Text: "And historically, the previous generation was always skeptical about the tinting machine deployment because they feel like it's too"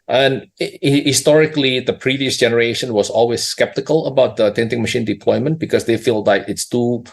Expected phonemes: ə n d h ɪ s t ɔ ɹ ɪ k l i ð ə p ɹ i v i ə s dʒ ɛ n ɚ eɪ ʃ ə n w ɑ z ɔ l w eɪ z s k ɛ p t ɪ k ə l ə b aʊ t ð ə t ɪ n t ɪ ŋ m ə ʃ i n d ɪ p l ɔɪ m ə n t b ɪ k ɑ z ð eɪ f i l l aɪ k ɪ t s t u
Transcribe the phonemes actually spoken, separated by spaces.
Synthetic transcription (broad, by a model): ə n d h ɪ s t ɔ ɹ ɪ k l i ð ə p ɹ i v i ə s dʒ ɛ n ɚ eɪ ʃ ə n w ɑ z ɔ l w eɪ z s k ɛ p t ɪ k ə l ə b aʊ t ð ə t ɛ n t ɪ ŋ m ə ʃ i n d ɪ p l ɔɪ m ə n t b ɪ k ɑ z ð eɪ f i l l aɪ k ɪ t s t u